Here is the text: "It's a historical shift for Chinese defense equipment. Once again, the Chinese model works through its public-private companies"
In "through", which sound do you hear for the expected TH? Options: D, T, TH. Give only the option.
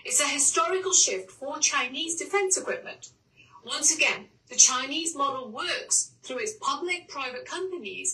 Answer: TH